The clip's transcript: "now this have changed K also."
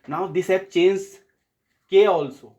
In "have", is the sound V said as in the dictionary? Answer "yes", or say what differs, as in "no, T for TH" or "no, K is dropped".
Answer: no, P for V